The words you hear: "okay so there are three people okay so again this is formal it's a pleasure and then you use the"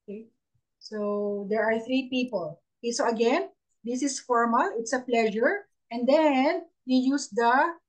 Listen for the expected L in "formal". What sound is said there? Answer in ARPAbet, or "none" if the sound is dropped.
L